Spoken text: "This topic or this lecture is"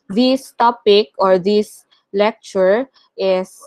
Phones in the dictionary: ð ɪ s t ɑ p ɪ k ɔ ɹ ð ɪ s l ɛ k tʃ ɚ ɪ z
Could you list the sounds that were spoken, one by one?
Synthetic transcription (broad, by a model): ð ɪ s t ɑ p ɪ k ɔ ɹ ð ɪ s l ɛ k tʃ ɚ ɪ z